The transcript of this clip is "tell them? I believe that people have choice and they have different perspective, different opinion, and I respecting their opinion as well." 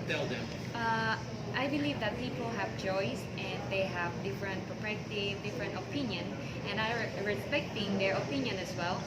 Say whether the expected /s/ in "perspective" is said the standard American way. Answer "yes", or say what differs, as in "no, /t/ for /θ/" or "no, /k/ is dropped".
no, /s/ is dropped